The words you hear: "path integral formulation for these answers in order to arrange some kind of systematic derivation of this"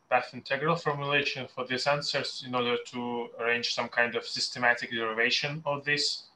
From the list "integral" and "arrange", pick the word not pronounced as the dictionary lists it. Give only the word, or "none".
none